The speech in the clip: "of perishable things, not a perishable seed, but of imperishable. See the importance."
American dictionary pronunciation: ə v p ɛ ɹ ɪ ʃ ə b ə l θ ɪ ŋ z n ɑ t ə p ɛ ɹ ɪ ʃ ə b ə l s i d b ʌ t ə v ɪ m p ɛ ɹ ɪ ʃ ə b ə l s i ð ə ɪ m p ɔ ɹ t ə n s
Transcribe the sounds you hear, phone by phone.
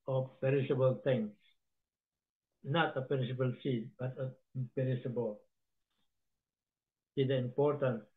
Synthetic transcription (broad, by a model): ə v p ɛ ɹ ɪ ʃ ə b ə l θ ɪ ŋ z n ɑ t ə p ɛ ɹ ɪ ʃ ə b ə l s i d b ʌ t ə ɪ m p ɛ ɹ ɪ s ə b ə l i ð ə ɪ m p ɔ ɹ t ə n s